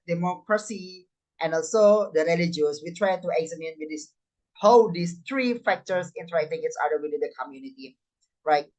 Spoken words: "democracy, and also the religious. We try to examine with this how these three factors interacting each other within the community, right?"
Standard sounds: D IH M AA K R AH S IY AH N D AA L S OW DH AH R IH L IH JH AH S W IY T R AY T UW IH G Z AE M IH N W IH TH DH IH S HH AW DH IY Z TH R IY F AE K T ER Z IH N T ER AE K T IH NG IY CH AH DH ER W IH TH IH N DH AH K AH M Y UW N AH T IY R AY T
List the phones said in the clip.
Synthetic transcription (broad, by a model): D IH M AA K R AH S IY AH N AA L S OW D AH R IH L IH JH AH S W IY T R AY T UW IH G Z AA M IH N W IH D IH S HH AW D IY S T R IY F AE K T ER S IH N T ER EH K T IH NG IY S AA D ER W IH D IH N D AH K AH M Y UW N AH T IY R AY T